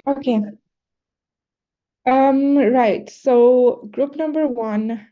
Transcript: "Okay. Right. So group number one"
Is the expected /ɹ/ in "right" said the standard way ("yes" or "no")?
yes